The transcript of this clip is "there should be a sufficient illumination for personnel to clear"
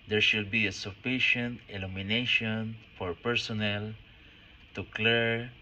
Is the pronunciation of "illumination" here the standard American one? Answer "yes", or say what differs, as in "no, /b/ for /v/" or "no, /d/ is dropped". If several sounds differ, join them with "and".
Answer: yes